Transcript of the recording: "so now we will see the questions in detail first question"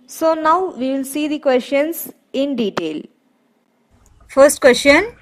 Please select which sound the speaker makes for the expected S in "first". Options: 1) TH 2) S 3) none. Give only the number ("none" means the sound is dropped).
2